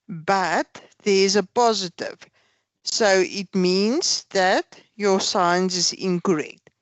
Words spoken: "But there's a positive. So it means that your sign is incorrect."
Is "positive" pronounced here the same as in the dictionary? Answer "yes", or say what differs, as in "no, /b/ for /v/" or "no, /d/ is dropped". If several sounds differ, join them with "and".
yes